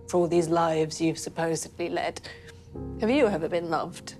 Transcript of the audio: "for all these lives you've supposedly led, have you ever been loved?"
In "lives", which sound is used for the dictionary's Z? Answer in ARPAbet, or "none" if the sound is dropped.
Z